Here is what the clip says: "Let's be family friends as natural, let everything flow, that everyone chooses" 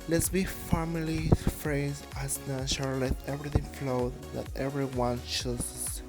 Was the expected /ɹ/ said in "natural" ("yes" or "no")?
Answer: no